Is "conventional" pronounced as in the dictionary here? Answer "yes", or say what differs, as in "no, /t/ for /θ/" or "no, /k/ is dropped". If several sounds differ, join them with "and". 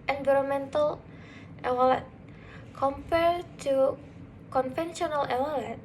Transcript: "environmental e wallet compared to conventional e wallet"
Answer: no, /f/ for /v/